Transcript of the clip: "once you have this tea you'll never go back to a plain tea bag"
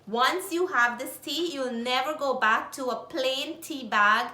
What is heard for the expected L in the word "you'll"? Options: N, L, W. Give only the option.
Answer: L